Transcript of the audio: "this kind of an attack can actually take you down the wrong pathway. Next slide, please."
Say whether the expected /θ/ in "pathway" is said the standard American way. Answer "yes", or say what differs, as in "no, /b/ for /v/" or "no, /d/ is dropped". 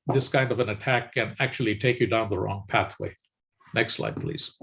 yes